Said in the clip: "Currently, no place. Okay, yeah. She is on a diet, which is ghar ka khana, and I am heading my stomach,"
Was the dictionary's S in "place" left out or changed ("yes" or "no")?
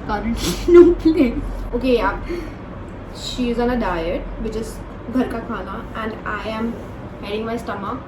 yes